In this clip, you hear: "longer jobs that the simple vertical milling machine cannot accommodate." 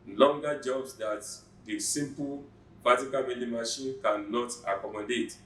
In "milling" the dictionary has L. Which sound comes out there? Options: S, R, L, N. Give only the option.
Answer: N